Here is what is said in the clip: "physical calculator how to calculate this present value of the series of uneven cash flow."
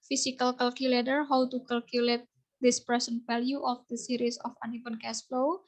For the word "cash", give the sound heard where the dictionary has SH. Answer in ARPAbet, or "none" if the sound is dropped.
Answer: S